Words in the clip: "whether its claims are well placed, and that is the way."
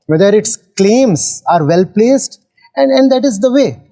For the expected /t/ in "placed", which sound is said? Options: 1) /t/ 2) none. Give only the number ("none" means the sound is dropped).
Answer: 1